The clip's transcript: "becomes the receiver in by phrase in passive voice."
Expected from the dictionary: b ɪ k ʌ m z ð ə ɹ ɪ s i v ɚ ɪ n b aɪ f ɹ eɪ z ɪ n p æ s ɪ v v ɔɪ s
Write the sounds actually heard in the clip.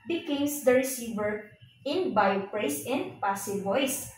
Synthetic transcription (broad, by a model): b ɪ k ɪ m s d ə ɹ ɪ s i v ɚ ɪ n b aɪ p ɹ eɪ s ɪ n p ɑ s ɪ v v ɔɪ s